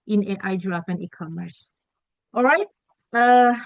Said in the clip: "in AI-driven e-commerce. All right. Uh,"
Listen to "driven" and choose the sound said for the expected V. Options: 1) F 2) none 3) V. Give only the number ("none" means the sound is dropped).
1